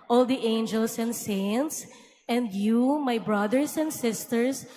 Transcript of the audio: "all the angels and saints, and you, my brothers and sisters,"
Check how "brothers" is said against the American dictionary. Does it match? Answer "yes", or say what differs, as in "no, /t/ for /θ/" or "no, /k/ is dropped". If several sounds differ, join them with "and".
no, /s/ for /z/